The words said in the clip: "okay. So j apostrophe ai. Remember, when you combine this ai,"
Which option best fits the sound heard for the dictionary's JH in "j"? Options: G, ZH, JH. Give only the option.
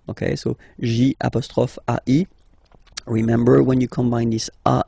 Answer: ZH